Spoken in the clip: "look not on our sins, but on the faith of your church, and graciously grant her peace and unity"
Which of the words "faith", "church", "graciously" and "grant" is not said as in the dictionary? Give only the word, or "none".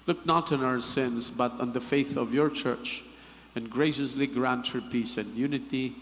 none